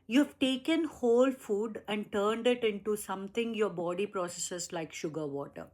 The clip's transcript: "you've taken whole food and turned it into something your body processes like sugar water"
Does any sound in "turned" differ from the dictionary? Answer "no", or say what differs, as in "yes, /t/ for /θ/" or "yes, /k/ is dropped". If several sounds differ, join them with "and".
no